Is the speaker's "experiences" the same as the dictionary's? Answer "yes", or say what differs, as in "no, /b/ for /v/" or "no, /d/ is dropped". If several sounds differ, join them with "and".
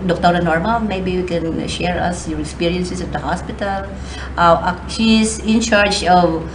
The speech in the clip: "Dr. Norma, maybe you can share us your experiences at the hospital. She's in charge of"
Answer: no, /s/ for /z/